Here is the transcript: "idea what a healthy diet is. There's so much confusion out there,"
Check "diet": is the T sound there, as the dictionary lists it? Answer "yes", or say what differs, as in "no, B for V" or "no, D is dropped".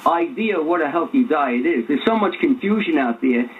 yes